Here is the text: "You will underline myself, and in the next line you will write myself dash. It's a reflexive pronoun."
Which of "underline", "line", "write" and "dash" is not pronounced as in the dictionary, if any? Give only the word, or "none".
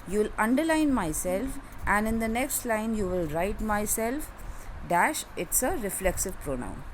none